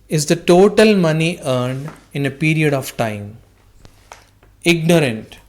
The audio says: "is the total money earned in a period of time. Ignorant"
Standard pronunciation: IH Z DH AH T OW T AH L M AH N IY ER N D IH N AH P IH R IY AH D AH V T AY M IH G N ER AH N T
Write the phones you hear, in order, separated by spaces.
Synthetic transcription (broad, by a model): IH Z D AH T OW T AH L M AH N IY ER N D IH N AH P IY R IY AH D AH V T AY M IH G N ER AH N T